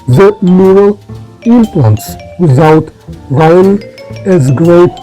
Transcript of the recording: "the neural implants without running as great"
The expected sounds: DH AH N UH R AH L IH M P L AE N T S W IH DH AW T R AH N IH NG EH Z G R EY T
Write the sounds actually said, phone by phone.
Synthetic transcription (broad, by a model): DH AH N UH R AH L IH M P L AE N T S W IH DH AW T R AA IH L EH Z G R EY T